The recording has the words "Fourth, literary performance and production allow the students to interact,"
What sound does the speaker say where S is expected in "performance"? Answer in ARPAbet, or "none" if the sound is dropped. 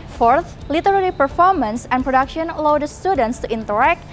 S